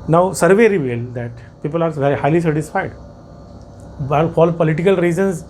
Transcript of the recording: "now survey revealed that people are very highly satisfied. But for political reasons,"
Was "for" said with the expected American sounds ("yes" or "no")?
no